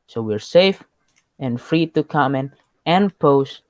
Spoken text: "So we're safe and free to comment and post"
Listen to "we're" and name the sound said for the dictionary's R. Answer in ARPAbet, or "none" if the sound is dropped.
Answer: R